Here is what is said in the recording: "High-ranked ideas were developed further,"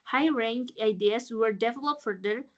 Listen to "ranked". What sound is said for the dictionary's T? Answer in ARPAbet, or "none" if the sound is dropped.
none